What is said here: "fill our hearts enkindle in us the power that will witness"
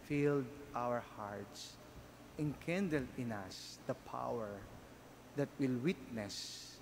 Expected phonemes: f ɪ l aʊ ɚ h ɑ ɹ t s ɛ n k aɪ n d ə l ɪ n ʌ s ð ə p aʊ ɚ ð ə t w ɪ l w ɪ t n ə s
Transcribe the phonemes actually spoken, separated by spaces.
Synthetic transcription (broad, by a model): f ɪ l aʊ ɚ h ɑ ɹ t s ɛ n k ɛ n d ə l ɪ n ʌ s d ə p aʊ ɚ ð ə t w ɪ l w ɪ t n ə s